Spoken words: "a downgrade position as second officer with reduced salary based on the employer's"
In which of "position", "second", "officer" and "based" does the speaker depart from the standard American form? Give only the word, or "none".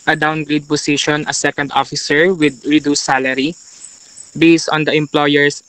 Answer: position